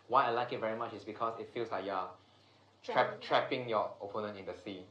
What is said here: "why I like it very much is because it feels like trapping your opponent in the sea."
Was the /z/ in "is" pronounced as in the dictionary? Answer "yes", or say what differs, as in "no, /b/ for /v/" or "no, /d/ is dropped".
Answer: no, /s/ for /z/